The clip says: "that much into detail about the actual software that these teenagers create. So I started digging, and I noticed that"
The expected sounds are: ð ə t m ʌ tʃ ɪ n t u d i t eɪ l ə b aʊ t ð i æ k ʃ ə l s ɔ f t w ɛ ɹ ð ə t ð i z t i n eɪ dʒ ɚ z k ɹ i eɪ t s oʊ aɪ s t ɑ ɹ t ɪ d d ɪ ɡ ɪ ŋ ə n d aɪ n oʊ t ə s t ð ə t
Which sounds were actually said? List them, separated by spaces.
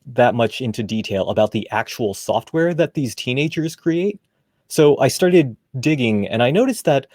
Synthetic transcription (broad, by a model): ð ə t m ʌ tʃ ɪ n t u d i t eɪ l ə b aʊ t ð i æ k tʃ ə l s ɔ f t w ɛ ɹ ð ə t ð i z t i n eɪ dʒ ɚ z k ɹ i eɪ t s oʊ aɪ s t ɑ ɹ t ɪ d d ɪ ɡ ɪ ŋ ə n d aɪ n oʊ t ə s ð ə t